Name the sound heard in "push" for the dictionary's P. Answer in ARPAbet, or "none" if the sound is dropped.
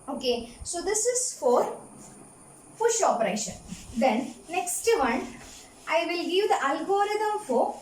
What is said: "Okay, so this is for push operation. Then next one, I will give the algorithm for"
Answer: F